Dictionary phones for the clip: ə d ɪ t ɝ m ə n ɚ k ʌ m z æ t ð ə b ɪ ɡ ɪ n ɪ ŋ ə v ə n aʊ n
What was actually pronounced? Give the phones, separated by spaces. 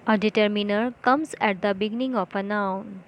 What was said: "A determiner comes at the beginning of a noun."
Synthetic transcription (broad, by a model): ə d ɪ t ɝ m ə n ɚ k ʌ m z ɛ t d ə b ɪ ɡ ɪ n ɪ ŋ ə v ə n aʊ n